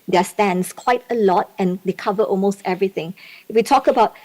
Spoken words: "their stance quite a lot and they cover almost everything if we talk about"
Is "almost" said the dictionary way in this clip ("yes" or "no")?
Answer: yes